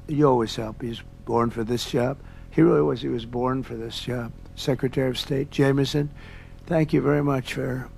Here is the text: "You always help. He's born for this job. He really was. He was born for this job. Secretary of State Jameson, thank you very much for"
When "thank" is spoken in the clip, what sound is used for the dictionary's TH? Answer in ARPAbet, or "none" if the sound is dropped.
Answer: TH